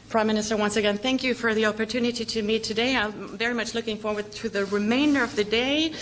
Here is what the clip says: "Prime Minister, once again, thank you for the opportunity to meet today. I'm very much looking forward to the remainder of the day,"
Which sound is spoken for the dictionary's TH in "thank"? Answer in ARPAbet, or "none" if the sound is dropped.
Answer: TH